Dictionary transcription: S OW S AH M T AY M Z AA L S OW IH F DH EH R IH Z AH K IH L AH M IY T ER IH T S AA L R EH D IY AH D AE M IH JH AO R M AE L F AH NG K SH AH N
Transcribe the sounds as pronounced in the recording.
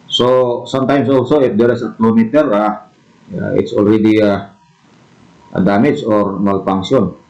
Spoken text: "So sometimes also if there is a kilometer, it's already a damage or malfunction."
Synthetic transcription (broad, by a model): S OW S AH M T AY M S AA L S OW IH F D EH R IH S AH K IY L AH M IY T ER IH T S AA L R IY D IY AH D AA M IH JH AO R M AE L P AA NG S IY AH N